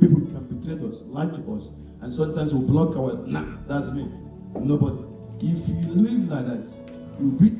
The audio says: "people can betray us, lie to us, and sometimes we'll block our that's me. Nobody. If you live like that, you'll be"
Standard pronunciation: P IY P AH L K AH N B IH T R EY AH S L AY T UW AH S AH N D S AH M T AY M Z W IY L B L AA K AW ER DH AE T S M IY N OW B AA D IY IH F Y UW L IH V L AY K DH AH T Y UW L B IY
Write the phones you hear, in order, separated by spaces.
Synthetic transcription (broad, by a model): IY P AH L K AH N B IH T R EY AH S L AY T UW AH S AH N S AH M T AY M S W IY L B L AA K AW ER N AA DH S M IY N OW B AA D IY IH F Y UW L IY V L AY K DH AH T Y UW W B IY